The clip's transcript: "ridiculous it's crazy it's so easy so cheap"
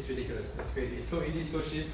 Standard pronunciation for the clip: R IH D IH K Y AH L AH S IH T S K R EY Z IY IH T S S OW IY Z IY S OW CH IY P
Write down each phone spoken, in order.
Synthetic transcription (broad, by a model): R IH D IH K Y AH L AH S IH T S K R EY Z IY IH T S S OW IY Z IY S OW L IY